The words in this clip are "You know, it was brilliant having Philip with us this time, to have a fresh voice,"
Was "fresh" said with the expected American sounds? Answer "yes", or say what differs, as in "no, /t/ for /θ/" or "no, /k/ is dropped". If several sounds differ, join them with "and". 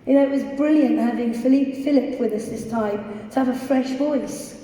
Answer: yes